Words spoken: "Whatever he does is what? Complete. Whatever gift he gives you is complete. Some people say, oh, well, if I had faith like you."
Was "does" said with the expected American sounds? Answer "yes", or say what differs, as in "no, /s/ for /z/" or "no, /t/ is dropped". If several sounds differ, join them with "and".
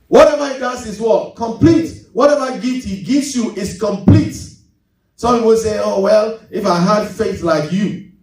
no, /s/ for /z/